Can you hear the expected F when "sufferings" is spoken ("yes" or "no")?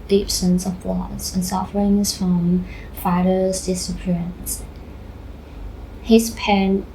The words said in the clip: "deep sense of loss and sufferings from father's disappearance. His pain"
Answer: yes